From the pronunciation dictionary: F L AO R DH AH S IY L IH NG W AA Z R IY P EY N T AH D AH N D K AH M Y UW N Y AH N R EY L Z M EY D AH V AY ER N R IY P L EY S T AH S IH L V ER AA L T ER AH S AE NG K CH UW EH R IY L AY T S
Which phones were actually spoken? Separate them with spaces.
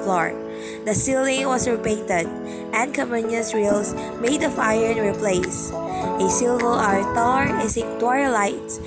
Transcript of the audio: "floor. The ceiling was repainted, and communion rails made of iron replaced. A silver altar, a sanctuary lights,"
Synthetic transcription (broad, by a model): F L AO R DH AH S IY L IH NG W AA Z R IY P EY N T AH D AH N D K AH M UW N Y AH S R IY L S M EY D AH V AY ER N R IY P L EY S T AH S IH L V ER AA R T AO AH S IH K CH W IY L AY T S